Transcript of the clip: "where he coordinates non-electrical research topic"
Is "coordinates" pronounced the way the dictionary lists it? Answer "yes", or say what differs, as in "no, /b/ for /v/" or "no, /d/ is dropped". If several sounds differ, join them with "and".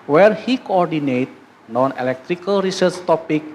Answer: no, /s/ is dropped